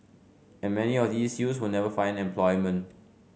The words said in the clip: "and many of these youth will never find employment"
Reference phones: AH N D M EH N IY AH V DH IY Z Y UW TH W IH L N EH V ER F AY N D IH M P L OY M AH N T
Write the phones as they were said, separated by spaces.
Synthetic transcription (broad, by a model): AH N M EH N IY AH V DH IY S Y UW S W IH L N EH V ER F AY N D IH M P L OY M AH N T